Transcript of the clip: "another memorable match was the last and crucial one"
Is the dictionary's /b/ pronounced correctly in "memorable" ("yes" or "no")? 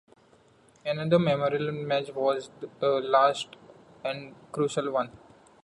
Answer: no